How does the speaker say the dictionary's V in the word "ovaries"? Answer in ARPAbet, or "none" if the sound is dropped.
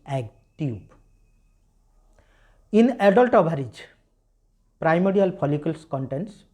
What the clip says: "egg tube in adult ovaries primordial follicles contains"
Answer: B